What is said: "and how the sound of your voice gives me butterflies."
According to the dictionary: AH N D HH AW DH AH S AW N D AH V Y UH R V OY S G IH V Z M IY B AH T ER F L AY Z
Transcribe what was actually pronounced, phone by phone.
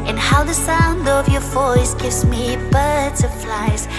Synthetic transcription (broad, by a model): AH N HH AW DH AH S AW N D AH V Y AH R V OY S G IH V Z M IY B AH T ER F L AY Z